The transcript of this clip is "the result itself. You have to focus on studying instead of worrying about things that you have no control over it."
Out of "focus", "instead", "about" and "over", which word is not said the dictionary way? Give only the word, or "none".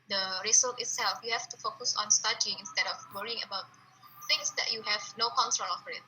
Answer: over